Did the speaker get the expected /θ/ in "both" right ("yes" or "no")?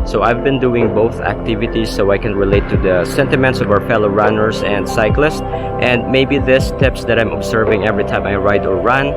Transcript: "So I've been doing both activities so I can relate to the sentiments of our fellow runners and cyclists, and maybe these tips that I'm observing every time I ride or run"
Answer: yes